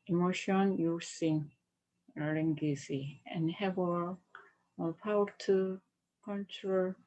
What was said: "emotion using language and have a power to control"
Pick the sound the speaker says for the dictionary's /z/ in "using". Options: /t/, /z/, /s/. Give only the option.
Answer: /s/